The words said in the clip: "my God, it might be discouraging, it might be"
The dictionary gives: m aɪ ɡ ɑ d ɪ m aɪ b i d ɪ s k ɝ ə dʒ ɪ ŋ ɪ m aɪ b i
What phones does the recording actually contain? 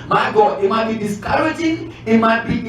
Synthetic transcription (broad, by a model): m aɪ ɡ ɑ ɪ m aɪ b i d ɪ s k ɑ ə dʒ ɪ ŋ ɪ m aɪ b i